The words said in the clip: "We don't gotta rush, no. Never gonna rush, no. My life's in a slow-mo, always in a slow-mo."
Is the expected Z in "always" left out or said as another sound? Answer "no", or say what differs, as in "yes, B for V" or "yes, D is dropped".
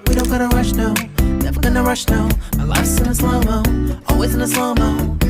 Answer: no